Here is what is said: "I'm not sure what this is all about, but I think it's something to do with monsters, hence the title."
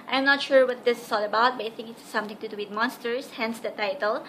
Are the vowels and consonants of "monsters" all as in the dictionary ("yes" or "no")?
no